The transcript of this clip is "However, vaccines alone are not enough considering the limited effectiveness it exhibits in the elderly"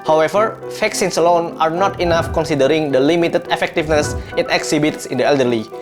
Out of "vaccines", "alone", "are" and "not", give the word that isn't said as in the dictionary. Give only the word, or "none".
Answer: vaccines